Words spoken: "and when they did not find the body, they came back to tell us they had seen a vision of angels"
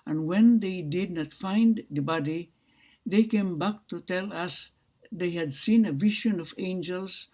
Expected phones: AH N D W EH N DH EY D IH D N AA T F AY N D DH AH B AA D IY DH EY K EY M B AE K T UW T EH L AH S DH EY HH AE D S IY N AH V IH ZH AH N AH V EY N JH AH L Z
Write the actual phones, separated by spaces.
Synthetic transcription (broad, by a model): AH N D W EH N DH EY D IH D N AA T F AY N D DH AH B AA D IY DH EY K EY M B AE K T UW T EH L AH S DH EY HH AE D S IY N AH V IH SH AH N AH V EY N JH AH L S